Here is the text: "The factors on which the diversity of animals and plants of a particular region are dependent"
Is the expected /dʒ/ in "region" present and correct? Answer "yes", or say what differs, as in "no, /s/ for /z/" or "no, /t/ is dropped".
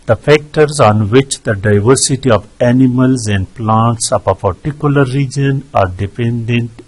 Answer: yes